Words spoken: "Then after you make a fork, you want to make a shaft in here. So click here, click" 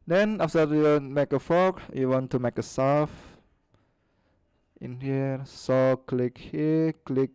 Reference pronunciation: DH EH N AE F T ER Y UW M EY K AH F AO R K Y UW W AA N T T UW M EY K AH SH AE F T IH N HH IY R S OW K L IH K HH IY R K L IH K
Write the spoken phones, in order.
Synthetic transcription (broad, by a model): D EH N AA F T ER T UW M EY K AH F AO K Y UW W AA N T T UW M EY K AH S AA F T IH N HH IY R S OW K L IH K HH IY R K L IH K